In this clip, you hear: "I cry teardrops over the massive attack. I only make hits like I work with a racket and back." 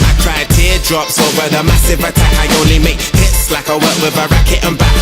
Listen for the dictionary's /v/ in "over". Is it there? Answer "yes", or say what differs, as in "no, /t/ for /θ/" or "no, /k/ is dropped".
no, /v/ is dropped